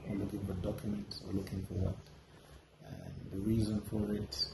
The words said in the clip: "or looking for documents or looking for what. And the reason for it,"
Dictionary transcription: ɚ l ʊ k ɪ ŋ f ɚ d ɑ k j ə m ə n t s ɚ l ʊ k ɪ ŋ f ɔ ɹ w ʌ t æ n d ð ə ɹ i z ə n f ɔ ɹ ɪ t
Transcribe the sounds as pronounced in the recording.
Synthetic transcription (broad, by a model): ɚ l ʊ k ɪ ŋ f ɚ d ɑ k j ə m ə n t s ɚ l ʊ k ɪ ŋ f ɔ ɹ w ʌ t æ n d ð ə ɹ i z ə n f ɔ ɹ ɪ t